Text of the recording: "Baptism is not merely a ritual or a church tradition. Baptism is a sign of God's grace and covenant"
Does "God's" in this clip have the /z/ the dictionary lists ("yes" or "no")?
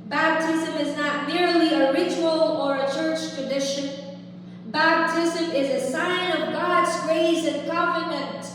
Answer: yes